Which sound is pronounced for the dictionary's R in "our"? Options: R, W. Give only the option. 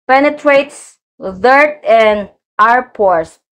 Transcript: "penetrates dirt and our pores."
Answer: R